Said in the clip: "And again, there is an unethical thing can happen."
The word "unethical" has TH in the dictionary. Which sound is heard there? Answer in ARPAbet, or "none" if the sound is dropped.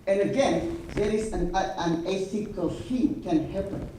S